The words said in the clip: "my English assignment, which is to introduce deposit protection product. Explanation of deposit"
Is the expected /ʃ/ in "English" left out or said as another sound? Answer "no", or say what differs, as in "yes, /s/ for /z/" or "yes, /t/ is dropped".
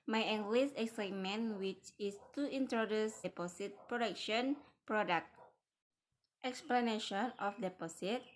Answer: yes, /s/ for /ʃ/